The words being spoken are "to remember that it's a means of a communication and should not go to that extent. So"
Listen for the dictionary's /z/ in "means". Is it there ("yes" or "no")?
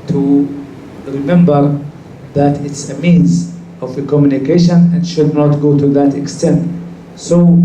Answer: yes